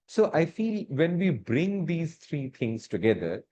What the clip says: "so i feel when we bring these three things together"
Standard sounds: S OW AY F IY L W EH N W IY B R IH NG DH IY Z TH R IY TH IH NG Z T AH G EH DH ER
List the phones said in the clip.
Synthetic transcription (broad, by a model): S OW AY F IY L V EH N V IY B R IH NG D IY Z T R IY T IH NG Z T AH G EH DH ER